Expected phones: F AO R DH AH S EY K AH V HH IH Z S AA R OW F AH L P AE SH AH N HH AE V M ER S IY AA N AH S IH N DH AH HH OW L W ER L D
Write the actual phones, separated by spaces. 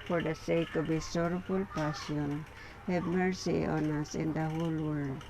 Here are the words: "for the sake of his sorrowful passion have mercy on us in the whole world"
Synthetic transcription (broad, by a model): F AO R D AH S EY K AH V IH S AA R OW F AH L P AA S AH N HH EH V M ER S IY AA N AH S IH N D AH HH OW L W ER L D